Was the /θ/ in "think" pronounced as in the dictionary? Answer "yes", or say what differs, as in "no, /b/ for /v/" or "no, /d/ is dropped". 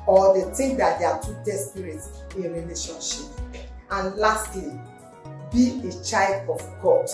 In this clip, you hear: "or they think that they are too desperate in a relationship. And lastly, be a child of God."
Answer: no, /t/ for /θ/